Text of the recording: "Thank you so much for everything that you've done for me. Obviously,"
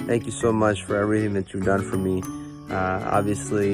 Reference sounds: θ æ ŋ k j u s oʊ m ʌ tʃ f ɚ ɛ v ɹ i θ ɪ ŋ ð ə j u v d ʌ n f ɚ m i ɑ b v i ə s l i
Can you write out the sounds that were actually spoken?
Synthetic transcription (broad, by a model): θ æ ŋ k j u s oʊ m ʌ tʃ f ɚ ɛ v ɹ i θ ɪ ŋ ð ə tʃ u v d ʌ n f ɚ m i ɑ b v i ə s l i